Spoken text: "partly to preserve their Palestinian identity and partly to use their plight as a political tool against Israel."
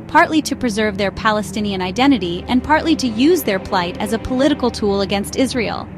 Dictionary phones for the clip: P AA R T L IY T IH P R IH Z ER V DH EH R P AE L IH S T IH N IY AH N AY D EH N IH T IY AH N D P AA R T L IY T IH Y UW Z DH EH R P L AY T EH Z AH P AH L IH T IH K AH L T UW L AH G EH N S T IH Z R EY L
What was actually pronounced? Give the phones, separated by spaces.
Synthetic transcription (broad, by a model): P AA R T L IY T IH P R IH Z ER V DH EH R P AE L IH S T IH N IY AH N AY D EH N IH T IY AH N P AA R T L IY T IH Y UW Z DH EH R P L AY T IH Z AH P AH L IH T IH K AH L T UW L AH G EH N S T IH Z R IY L